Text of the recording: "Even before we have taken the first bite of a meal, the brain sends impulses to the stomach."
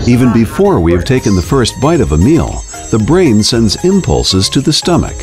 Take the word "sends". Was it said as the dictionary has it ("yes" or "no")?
yes